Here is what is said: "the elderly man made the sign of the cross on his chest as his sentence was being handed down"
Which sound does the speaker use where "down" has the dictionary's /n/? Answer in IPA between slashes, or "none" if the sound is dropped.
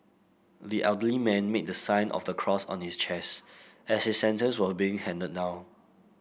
none